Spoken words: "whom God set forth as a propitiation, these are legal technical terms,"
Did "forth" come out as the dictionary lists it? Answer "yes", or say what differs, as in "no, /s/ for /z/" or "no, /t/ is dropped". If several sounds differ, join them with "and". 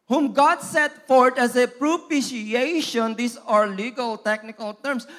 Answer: no, /t/ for /θ/